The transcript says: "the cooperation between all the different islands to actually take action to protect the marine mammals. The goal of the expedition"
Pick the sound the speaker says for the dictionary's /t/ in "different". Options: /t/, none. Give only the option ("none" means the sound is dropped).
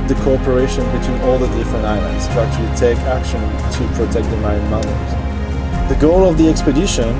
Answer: none